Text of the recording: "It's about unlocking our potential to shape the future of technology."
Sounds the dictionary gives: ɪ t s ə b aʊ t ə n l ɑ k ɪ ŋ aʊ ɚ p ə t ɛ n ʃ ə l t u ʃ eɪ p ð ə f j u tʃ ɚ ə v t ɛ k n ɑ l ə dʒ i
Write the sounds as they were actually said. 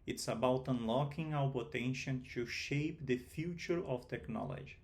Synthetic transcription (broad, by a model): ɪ t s ə b aʊ t ə n l ɑ k ɪ ŋ aʊ ɚ p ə t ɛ n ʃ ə n t u ʃ eɪ p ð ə f j u tʃ ɚ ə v t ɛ k n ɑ l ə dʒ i